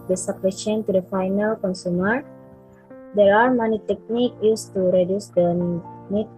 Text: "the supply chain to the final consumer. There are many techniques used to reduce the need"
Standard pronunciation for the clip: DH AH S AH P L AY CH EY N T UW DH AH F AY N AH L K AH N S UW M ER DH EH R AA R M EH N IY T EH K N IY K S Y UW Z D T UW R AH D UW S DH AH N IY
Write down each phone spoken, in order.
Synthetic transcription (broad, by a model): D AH S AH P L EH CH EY N T UW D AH F AY N AH L K AH N S UW M ER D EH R AA R M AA N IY T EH K N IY K Y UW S T UW R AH D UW S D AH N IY